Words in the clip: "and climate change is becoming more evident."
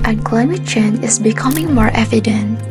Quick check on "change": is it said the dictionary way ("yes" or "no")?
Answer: no